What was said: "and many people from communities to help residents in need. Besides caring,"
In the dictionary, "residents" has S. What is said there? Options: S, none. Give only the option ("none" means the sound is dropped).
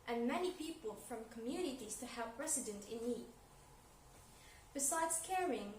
none